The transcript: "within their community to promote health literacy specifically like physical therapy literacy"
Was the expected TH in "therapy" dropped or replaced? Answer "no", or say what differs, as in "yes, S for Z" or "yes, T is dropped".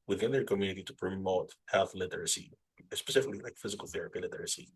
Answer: no